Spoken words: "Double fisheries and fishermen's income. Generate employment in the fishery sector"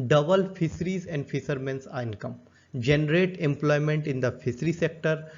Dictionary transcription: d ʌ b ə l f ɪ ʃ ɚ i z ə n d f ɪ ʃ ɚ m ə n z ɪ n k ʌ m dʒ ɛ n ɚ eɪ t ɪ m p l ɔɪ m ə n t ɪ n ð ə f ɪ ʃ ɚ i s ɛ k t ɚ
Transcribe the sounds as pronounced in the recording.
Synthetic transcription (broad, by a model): d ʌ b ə l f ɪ s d i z ə n d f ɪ s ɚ m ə n s ɪ n k ʌ m dʒ ɛ n ɚ eɪ t ɪ m p l ɔɪ m ə n t ɪ n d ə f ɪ s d i s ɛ k t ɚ